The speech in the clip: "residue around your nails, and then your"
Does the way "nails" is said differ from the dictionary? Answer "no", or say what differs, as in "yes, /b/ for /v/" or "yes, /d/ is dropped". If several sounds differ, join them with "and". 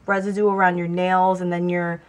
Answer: no